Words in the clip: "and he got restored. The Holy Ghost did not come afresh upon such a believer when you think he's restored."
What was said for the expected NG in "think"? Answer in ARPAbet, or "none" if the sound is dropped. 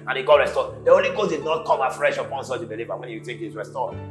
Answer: none